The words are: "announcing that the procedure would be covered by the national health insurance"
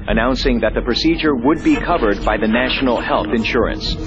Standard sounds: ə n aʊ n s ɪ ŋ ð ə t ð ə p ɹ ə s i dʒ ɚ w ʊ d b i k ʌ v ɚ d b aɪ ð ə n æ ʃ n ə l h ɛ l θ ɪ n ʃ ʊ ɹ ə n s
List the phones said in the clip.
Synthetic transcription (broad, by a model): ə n aʊ n s ɪ ŋ ð ə t ð ə p ɹ ə s i dʒ ɚ w ʊ d b i k ʌ v ɚ d b aɪ ð ə n æ ʃ n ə l h ɛ l θ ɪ n ʃ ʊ ɹ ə n s